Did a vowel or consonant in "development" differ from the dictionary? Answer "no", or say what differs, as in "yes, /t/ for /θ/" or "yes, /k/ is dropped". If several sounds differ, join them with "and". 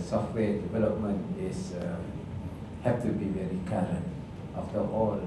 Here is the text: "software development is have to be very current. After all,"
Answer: no